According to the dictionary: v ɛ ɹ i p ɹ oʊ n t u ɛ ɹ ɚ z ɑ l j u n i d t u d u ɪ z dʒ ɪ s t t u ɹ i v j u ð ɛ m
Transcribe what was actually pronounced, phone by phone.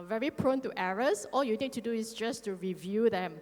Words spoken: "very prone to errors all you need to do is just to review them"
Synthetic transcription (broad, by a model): v ɛ ɹ i p ɹ oʊ n t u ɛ ɹ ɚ s ɑ l j u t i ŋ t u d u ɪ s dʒ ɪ s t t u ɹ i v j u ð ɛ m